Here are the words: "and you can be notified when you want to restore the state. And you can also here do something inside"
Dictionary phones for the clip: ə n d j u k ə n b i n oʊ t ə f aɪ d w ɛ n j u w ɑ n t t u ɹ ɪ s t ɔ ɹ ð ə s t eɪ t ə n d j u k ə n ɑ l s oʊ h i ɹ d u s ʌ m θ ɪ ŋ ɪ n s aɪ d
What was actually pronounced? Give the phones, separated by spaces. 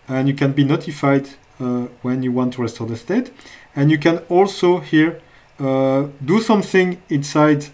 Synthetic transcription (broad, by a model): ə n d j u k ə n b i n oʊ t ə f aɪ d w ɛ n j u w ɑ n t t u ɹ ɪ s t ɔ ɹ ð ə s t eɪ t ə n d j u k ə n ɑ l s oʊ h i ɹ d u s ʌ m θ ɪ ŋ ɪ n s aɪ d